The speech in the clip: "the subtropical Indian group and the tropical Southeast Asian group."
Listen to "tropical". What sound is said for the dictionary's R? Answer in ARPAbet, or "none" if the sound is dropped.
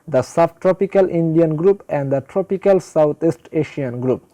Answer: R